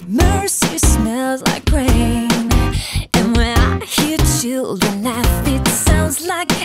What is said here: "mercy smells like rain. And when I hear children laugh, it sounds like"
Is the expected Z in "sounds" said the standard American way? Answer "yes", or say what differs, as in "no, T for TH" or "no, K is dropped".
yes